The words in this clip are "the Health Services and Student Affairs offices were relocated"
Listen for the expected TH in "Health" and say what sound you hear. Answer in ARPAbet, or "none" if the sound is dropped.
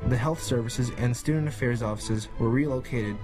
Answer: TH